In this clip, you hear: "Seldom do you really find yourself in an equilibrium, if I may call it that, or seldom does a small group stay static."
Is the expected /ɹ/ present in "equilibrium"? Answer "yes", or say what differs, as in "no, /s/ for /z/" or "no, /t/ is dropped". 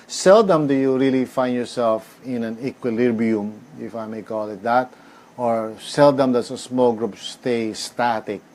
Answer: no, /ɹ/ is dropped